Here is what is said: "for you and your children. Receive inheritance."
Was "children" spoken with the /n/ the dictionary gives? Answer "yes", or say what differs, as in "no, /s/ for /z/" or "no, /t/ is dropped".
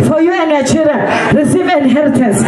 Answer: no, /l/ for /n/